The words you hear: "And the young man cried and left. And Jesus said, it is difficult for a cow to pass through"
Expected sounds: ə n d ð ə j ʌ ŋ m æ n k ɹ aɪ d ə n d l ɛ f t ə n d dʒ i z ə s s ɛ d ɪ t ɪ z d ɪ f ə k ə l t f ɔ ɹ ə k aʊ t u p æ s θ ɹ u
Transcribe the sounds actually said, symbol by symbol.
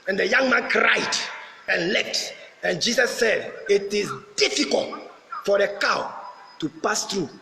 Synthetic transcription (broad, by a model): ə n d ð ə j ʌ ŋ m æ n k ɹ aɪ d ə n l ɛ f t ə n dʒ i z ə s s ɛ d ɪ t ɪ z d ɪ f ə k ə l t f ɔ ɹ ə k aʊ t u p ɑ s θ ɹ u